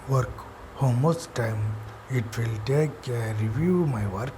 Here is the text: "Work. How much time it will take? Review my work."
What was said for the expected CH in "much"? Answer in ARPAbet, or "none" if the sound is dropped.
S